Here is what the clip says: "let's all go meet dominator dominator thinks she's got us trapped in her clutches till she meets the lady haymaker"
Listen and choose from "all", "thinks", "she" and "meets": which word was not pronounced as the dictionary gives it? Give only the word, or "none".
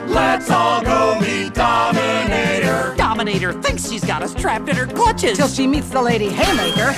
none